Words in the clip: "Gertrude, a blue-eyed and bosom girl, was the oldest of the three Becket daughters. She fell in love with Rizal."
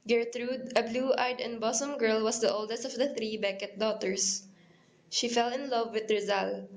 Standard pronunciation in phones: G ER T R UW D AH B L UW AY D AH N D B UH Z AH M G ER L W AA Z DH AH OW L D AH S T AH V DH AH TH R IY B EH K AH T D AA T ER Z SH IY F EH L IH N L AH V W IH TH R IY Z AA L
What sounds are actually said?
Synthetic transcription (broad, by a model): G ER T R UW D AH B L UW AY D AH N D B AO S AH M G ER L W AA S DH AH OW L D AH S T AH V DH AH TH R IY B EH K AH T D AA T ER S SH IY F EH L IH N L AH V W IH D R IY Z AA L